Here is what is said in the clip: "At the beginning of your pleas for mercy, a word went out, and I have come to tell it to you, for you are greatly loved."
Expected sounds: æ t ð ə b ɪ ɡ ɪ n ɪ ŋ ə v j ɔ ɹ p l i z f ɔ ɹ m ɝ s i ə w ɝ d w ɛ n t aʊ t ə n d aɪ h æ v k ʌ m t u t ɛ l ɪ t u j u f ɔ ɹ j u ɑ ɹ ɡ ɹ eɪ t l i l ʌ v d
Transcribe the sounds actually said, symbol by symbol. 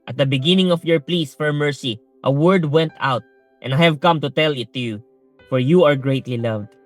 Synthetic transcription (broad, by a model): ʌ t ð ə b ɪ ɡ ɪ n ɪ ŋ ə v j ɔ ɹ p l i s f ɔ ɹ m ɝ s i ə w ɝ d w ɛ n t aʊ t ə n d aɪ h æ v k ʌ m t u t ɛ l ɪ t u j u f ɔ ɹ j u ɑ ɹ ɡ ɹ eɪ t l i l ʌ v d